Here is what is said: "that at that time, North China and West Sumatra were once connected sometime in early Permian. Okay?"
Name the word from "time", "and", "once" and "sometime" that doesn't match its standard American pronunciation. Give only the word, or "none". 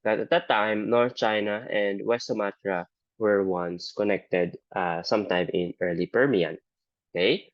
none